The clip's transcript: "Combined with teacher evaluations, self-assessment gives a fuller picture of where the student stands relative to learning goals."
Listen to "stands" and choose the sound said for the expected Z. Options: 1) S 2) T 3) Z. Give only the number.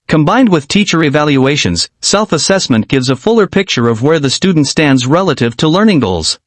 3